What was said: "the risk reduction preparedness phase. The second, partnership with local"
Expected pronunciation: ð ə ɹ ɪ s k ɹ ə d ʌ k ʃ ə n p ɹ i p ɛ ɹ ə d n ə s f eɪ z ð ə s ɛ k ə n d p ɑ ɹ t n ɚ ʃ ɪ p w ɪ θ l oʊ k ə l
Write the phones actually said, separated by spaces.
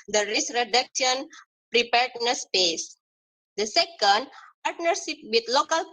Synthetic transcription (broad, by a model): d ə ɹ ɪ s ɹ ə d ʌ k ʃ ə n p ɹ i p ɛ ɹ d n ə s p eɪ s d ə s ɛ k ə n d p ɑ ɹ t n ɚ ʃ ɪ p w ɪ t l oʊ k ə l